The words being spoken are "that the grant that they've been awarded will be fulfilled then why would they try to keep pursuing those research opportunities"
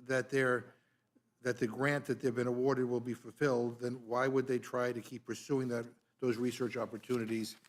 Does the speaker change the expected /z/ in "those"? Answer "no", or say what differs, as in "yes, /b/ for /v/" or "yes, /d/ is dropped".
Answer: no